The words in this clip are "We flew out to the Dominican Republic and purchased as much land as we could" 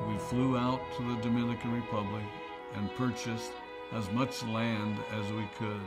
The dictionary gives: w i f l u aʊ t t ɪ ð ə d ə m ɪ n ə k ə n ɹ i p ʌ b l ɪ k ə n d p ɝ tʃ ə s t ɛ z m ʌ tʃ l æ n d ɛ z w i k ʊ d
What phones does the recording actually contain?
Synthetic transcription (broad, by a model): w i f l u aʊ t t ɪ ð ə d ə m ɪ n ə k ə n ɹ i p ʌ b l ɪ k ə n p ɝ tʃ ə s t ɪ z m ʌ tʃ l æ n d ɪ z w i k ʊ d